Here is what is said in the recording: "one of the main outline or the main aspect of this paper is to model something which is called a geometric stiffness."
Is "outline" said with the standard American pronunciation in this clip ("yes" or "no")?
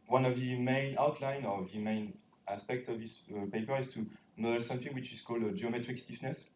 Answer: yes